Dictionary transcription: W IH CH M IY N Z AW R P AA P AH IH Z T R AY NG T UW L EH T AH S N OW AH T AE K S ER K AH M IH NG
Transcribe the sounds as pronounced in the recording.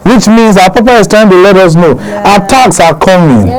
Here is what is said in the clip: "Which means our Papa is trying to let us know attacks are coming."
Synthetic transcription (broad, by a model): W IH CH M IY N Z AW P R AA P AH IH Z T AY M T UW L EH T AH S N OW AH T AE K S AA K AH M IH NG